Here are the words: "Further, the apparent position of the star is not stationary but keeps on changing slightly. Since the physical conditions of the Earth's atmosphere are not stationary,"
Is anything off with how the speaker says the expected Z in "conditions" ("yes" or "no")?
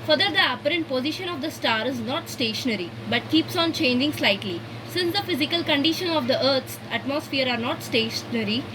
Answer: yes